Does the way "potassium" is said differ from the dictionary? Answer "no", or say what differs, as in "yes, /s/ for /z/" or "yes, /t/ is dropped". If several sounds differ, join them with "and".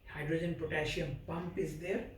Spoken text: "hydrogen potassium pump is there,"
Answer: yes, /ʃ/ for /s/